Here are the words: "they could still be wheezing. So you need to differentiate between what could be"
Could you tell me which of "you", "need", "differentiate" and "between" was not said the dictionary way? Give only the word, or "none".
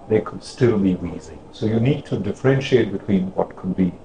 none